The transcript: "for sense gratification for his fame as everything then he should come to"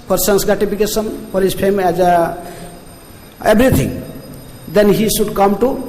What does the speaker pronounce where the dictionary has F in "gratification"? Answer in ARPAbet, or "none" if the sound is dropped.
P